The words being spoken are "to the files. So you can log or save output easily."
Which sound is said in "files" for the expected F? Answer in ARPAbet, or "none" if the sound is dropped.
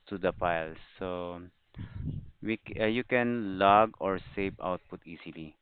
P